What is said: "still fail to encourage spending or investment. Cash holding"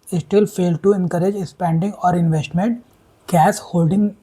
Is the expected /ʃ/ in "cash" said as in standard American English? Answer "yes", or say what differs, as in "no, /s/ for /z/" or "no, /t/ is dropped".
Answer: no, /s/ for /ʃ/